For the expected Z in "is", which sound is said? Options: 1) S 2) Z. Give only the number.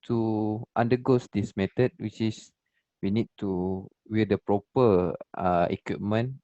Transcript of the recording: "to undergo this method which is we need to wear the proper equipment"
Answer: 1